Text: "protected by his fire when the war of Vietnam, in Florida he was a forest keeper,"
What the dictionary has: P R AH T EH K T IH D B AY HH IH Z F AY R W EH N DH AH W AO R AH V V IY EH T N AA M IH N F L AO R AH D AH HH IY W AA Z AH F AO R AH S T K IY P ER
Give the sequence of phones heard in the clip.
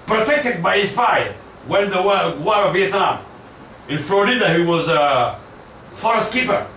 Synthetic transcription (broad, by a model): P R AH T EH K T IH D B AY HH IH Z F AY W EH N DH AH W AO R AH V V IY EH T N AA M IH N F L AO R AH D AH HH IY W AA Z AH F AO R AH S T K IY P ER